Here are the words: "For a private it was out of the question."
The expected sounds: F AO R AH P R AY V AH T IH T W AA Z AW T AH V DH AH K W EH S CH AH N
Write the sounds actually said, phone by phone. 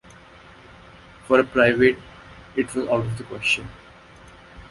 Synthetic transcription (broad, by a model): F AO R AH P R AY V AH T IH T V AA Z AW T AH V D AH K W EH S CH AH N